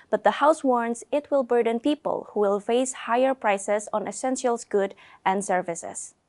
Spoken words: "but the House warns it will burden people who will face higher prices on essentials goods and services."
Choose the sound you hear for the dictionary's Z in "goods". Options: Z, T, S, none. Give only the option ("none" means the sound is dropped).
none